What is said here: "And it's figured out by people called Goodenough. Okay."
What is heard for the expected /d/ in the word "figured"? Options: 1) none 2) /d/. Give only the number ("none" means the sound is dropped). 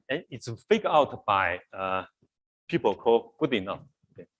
1